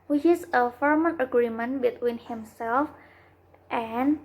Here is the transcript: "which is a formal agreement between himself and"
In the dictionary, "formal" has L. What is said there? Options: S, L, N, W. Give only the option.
N